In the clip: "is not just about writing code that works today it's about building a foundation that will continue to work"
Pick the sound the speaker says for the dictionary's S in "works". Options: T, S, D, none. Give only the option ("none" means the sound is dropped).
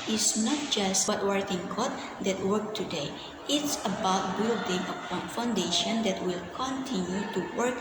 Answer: none